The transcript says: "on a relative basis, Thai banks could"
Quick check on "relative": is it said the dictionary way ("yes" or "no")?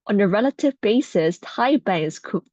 yes